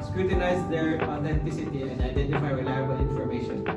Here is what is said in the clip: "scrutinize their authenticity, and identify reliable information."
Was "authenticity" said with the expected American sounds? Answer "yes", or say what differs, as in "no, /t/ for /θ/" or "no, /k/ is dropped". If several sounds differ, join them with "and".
no, /t/ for /θ/